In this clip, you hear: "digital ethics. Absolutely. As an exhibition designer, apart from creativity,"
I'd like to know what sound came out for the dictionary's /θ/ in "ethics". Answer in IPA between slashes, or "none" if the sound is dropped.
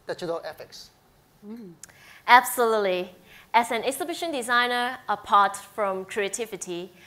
/f/